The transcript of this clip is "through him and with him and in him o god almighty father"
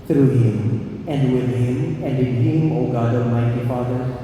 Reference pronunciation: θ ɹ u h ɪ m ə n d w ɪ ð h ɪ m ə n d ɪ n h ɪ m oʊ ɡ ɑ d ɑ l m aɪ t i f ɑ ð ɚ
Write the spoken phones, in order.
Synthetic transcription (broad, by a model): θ ɹ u h ɪ m ə n d w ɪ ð h ɪ m ə n d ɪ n h ɪ m oʊ ɡ ɑ d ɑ m aɪ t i f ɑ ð ɚ